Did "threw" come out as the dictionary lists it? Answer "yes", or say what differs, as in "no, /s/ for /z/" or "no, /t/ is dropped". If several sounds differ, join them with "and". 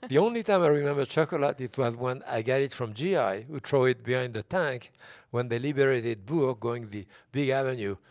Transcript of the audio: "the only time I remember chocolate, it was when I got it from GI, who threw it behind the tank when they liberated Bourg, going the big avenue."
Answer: no, /t/ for /θ/